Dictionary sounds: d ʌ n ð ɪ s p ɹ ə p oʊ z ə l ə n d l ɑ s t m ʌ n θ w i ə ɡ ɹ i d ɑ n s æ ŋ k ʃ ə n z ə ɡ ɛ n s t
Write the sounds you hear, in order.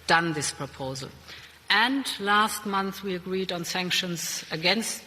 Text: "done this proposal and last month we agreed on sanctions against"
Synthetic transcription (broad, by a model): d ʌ n ð ɪ s p ɹ ə p oʊ z ə l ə n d l ɑ s t m ʌ n θ w i ə ɡ ɹ i d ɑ n s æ ŋ k ʃ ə n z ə ɡ ɛ n s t